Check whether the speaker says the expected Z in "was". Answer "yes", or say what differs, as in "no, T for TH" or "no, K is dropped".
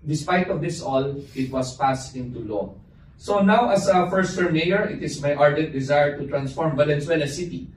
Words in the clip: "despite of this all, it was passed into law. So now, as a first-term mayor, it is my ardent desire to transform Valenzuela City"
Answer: no, S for Z